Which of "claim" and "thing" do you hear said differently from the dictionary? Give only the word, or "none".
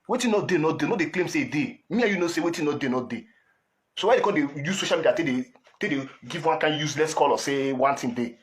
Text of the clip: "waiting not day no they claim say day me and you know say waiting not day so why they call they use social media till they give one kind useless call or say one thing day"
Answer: thing